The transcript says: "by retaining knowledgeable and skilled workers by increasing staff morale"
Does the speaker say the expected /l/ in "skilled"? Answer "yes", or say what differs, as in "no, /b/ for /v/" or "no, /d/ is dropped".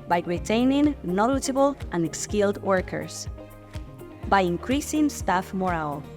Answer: yes